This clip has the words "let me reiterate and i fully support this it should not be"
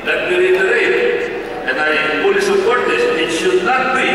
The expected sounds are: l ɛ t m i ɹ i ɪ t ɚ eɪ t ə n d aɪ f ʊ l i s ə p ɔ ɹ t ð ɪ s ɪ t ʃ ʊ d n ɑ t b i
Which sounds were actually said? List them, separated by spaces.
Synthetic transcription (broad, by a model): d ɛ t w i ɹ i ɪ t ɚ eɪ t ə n aɪ p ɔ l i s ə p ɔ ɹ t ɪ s ɪ t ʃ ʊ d n ɑ t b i